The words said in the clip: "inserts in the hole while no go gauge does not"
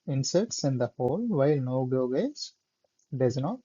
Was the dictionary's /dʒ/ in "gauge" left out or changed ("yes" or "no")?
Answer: yes